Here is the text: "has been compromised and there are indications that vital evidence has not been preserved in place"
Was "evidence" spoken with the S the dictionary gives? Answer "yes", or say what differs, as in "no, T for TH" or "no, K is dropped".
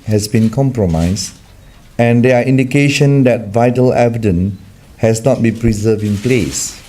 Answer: no, S is dropped